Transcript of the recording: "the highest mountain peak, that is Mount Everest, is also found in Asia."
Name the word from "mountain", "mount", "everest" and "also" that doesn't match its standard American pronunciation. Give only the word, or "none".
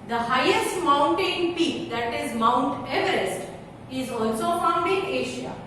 none